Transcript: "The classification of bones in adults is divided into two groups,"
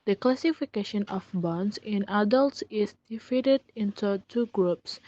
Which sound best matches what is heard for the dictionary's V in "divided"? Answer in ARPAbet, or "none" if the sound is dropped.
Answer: F